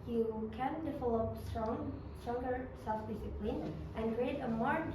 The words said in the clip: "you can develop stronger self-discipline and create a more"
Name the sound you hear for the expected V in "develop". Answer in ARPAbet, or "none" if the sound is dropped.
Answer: F